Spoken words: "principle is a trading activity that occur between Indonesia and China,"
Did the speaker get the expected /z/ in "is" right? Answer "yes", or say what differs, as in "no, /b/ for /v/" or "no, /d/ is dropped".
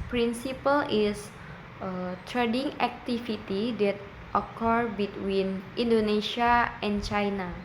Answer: no, /s/ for /z/